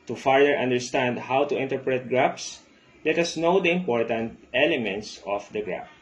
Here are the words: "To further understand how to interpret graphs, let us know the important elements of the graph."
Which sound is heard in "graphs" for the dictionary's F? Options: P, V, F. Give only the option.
P